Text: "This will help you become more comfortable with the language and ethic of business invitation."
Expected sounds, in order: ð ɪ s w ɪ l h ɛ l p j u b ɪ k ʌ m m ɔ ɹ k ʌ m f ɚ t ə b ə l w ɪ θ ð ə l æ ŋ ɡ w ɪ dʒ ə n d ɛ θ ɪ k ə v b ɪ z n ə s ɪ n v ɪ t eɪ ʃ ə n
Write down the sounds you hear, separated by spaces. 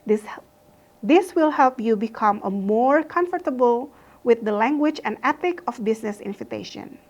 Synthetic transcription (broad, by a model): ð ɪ s w ɪ l h ɛ l p j u b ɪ k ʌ m m ɔ ɹ k ʌ m f ɚ t ə b ə l w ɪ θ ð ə l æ ŋ ɡ w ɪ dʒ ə n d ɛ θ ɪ k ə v b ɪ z n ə s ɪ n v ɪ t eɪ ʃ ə n